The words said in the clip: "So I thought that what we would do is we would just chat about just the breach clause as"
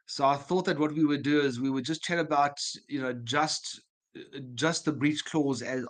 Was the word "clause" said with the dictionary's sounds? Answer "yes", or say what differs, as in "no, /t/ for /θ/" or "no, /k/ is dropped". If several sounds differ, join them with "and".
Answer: yes